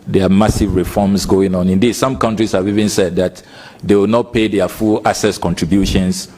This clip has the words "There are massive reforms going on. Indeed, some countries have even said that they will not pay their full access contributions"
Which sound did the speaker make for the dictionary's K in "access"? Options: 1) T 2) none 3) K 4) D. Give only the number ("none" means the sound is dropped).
2